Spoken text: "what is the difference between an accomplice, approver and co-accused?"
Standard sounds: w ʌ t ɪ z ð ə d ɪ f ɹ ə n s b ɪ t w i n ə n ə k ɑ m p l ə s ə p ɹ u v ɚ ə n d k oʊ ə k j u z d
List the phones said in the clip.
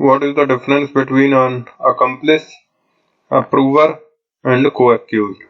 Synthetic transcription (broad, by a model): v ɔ t ɪ z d ə d ɪ f ɹ ə n s b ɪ t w i n ə n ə k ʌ m p l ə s ə p ɹ u v ɚ ə n d k oʊ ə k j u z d